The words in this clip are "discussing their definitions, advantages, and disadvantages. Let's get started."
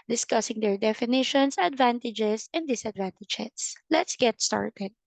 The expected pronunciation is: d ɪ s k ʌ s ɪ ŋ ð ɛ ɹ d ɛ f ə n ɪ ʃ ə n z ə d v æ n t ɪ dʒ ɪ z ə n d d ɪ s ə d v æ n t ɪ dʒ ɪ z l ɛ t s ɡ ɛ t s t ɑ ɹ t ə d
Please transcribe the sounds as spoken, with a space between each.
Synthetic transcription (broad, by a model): d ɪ s k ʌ s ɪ ŋ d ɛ ɹ d ɛ f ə n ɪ ʃ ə n s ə d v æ n t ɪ dʒ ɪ s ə n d d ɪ s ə d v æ n t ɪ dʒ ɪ s l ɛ t s ɡ ɛ t s t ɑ ɹ t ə d